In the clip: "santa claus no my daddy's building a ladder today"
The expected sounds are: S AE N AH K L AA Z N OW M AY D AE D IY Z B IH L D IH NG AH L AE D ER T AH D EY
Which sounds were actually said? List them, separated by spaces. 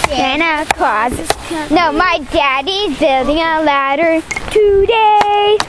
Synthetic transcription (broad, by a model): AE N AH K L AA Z N OW M AY D AE D IY Z B IH L D IH NG AH L AE D ER T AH D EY